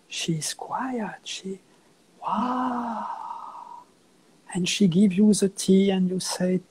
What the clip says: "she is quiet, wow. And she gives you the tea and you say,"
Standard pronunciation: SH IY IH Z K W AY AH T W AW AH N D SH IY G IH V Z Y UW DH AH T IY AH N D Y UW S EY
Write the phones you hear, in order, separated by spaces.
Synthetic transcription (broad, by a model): SH IY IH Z K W AY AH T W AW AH N SH IY G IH V Y UW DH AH T IY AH N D Y UW S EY